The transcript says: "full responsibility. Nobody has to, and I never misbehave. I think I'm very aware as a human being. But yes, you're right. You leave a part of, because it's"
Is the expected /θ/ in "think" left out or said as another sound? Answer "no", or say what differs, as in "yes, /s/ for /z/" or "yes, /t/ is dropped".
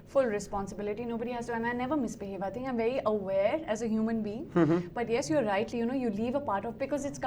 yes, /t/ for /θ/